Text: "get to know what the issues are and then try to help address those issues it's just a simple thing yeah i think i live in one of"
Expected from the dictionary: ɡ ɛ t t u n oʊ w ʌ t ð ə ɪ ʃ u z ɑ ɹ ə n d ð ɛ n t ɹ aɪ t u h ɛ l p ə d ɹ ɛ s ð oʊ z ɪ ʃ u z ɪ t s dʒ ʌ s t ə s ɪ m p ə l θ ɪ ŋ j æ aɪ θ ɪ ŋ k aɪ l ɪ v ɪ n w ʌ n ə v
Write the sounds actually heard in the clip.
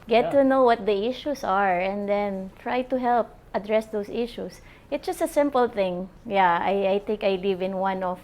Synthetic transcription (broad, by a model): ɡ ɛ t t u n oʊ w ʌ t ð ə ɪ ʃ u s ɑ ɹ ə n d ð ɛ n t ɹ aɪ t u h ɛ l p ə d ɹ ɛ s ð oʊ s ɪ ʃ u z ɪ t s dʒ ʌ s t ə s ɪ m p ə l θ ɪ ŋ j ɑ aɪ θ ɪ ŋ k aɪ l ɪ v ɪ n w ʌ n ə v